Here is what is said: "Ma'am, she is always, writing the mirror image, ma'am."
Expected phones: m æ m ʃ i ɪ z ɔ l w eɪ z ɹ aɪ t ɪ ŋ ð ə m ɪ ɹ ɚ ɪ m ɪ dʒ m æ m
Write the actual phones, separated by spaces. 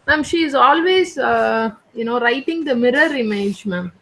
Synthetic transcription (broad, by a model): m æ m ʃ i ɪ z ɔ l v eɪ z ɹ aɪ t ɪ ŋ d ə m ɪ ɹ ɚ ɪ m ɪ dʒ m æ m